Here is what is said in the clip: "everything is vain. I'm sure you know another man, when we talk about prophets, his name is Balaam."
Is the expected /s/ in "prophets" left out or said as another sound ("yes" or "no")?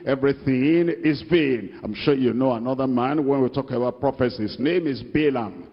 no